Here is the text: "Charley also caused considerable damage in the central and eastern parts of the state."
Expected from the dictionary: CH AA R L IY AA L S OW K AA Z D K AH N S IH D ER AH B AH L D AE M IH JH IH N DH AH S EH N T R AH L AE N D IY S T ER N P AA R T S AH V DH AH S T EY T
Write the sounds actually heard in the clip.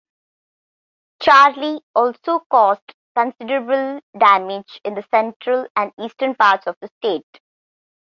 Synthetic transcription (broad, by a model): CH AA R L IY AA L S OW K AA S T K AH N S IH D ER AH B AH L D AE M IH JH IH N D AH S EH N T R AH L AE N D IY S T ER N P AA R T S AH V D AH S T EY T